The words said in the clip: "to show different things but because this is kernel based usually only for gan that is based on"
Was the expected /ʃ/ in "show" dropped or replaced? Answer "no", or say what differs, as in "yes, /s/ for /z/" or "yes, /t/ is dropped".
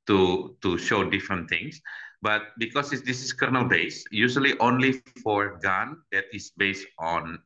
no